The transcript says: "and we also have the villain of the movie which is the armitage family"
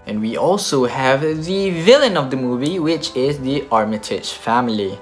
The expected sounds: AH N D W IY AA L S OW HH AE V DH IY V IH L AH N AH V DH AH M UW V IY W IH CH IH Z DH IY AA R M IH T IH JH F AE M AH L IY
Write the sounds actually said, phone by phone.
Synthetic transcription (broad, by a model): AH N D W IY AA L S OW HH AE V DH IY V IH L AH N AH V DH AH M UW V IY W IH CH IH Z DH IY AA R M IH T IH CH F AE M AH L IY